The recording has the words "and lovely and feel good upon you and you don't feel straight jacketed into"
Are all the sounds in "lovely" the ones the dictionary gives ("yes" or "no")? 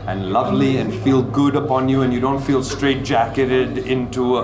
yes